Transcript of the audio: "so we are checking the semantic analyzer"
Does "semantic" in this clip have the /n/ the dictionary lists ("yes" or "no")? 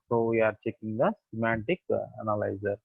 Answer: yes